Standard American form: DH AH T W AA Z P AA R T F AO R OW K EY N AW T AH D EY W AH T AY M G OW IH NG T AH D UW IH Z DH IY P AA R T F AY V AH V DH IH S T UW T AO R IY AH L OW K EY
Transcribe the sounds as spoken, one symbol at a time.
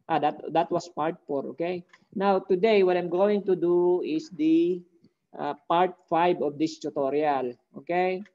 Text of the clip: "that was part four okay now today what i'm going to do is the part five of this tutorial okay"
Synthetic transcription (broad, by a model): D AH T W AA S P AA R T F AO R OW K EY N AW T AH D EY W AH T AY M G OW IH NG T AH D UW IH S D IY P AA R T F AY B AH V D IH S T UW T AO R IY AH L OW K EY